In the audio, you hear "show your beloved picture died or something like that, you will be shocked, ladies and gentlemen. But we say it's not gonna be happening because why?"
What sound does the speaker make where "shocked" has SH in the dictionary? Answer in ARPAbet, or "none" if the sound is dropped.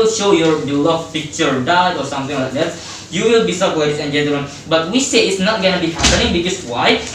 S